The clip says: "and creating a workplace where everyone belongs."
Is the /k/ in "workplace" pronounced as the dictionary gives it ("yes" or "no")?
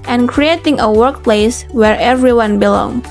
yes